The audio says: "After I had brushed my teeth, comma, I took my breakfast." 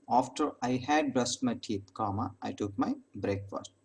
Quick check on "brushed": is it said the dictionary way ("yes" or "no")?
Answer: no